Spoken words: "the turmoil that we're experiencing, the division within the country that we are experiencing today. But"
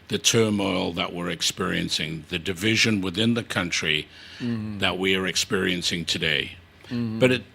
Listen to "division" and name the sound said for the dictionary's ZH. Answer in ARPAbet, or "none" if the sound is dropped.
ZH